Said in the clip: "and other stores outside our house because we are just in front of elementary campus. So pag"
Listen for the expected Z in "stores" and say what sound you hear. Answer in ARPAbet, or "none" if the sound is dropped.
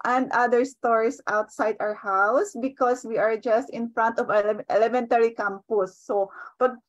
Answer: S